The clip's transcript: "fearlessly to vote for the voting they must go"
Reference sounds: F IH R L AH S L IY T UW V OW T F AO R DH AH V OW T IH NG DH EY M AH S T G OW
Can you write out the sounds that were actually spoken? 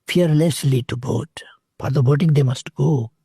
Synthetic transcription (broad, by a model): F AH R L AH S L IY T UW B OW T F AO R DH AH B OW T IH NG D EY M AH S T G OW